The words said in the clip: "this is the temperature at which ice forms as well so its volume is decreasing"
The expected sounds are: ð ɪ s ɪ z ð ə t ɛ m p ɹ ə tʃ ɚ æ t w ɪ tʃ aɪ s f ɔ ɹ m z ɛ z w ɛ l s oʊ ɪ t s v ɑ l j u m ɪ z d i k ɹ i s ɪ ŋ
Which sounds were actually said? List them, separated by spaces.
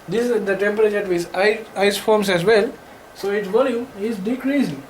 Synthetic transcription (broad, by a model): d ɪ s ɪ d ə t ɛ m p ɹ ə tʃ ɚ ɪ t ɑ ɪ aɪ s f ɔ ɹ m s ɛ z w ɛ l s oʊ ɪ t s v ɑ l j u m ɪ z d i k ɹ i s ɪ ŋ